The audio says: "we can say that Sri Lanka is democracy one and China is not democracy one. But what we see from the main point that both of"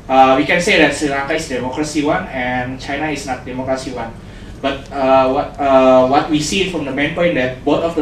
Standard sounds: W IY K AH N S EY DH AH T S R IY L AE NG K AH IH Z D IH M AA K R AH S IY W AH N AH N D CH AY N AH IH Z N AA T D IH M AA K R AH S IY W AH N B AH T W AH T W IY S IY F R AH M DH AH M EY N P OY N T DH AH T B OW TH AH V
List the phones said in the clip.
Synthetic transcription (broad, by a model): W IY K AH N S EY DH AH T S IY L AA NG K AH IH S D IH M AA K R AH S IY W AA N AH N CH AY N AH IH S N AA T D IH M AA K R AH S IY W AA N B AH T W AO T W IY S IY F R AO M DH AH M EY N P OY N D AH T B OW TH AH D